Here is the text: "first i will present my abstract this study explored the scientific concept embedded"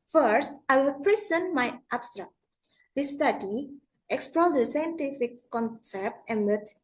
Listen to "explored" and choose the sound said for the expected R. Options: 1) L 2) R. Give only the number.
1